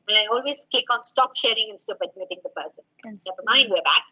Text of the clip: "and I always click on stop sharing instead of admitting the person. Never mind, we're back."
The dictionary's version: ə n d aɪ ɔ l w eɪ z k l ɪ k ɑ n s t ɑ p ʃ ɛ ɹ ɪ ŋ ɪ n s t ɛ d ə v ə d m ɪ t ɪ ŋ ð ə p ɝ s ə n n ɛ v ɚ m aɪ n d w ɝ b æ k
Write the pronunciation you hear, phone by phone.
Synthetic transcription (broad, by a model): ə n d aɪ ɔ l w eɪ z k ɪ k ɑ n s t ɑ p ʃ ɛ ɹ ɪ ŋ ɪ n s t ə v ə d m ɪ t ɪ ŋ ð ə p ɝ s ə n n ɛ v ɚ m aɪ n d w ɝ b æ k